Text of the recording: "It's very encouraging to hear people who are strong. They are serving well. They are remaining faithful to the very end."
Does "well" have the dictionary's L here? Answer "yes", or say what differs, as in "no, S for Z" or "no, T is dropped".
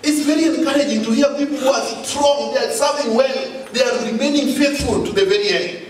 no, N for L